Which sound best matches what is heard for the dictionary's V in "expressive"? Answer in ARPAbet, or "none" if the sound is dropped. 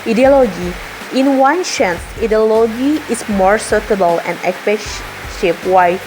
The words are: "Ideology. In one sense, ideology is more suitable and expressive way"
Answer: P